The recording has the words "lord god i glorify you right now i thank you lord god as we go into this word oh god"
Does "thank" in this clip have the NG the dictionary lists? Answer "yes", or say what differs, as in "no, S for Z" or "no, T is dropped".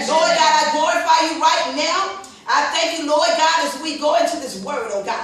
yes